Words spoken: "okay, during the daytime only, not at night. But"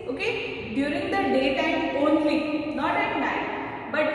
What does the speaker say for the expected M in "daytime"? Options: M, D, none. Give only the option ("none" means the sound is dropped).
none